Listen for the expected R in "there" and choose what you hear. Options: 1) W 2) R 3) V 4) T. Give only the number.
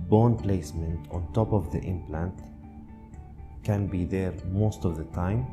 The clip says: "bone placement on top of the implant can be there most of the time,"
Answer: 2